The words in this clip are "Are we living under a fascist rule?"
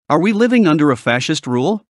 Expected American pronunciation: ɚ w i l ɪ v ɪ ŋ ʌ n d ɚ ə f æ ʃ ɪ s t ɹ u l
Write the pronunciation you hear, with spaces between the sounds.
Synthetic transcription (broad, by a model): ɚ w i l ɪ v ɪ ŋ ʌ n d ɚ ə f æ ʃ ɪ s t ɹ u l